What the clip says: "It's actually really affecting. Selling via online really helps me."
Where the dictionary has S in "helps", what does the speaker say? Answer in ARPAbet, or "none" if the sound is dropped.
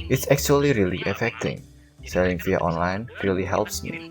S